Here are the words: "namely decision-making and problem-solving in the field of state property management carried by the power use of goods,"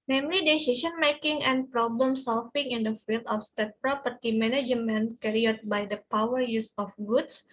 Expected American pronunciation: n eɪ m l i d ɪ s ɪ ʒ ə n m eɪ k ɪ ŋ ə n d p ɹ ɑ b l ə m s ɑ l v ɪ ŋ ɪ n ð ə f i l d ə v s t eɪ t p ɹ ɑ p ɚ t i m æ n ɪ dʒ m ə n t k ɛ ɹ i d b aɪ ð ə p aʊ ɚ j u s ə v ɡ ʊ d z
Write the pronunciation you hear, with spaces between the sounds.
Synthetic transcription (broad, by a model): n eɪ m l i d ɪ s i s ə n m eɪ k ɪ ŋ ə n p ɹ ɑ b l ə m s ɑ l f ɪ ŋ ɪ n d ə f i l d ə f s t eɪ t p ɹ ɑ p ɚ t i m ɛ n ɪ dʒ m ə n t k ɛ ɹ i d b aɪ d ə p aʊ ɚ j u s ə f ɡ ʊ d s